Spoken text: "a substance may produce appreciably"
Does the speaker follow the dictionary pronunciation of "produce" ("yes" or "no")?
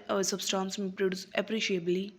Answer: yes